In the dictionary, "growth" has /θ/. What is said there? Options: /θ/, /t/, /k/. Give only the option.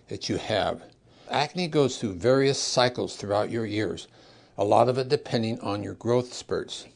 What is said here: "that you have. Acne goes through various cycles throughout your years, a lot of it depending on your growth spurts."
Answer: /θ/